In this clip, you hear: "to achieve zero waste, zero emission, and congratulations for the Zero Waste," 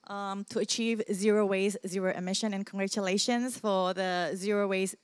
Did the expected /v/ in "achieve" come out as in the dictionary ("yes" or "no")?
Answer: yes